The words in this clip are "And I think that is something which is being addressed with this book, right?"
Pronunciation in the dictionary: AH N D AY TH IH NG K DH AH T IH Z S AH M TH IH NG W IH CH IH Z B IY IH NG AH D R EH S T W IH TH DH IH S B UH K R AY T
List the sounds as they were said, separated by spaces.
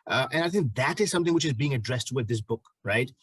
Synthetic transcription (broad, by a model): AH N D AY TH IH NG K DH AH T IH Z S AH M TH IH NG W IH CH IH Z B IY IH NG AH D R EH S T W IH DH IH S B UH K R AY T